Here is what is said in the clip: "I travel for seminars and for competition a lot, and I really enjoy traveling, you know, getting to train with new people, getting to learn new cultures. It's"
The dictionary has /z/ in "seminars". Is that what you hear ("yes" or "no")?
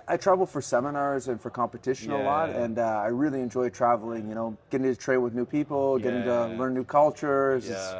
yes